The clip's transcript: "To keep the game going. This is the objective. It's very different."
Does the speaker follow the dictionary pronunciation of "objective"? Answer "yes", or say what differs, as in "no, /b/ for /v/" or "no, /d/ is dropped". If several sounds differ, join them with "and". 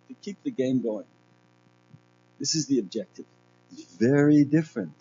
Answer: yes